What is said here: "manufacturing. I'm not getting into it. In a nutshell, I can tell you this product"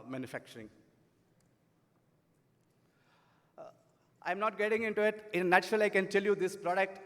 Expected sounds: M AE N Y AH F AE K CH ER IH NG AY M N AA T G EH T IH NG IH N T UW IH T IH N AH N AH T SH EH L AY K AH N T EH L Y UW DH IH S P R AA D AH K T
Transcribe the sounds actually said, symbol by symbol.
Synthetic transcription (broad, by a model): M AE N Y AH F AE K CH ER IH NG AY M N AA T G EH T IH NG IH N T UW IH T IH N AH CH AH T AH L AY K AH N T EH L Y UW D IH S P R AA D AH K T